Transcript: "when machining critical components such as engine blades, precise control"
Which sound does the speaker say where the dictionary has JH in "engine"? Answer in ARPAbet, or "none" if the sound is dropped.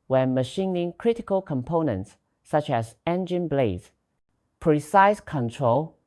JH